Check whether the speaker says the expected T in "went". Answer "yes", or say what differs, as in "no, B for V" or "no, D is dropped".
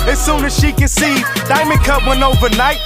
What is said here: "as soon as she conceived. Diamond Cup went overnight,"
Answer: no, T is dropped